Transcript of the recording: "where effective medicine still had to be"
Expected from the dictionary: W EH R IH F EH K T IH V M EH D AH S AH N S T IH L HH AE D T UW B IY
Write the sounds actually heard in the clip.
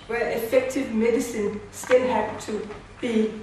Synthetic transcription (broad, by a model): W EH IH F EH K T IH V M EH D AH S AH N S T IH N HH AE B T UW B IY